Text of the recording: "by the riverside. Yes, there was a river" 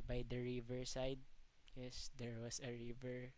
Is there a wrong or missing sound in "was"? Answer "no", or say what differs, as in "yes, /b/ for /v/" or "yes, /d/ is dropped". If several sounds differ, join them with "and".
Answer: yes, /s/ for /z/